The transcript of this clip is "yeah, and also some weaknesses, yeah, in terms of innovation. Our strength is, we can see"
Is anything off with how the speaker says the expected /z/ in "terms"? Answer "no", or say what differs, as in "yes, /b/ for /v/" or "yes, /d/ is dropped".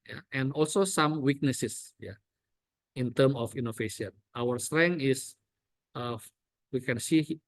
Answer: yes, /z/ is dropped